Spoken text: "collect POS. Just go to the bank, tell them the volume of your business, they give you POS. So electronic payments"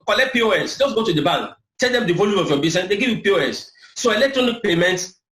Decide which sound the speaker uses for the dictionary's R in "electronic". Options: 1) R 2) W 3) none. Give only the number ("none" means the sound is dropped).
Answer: 1